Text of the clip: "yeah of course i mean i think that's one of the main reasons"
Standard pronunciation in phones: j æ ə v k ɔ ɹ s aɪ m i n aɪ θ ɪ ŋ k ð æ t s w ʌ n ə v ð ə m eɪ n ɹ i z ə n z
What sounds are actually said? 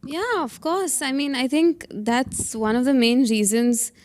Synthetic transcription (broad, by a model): j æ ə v k ɔ ɹ s aɪ m i n aɪ θ ɪ ŋ k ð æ t s w ʌ n ə v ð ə m eɪ n ɹ i z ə n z